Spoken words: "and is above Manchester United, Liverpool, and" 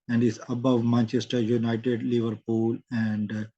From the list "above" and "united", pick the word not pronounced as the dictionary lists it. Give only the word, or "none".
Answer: none